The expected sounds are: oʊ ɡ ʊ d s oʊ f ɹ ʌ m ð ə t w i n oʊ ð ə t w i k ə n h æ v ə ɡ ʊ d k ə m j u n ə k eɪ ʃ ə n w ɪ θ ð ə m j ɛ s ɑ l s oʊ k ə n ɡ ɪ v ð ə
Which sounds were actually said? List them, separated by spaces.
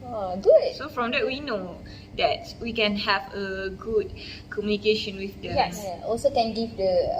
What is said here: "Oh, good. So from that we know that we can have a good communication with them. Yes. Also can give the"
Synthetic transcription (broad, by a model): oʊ ɡ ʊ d s oʊ f ɹ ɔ m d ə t w i n oʊ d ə t w i k ə n h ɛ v ə ɡ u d k ə m j u n ə k eɪ ʃ ə n w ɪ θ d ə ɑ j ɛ ɑ l s oʊ k ə n ɡ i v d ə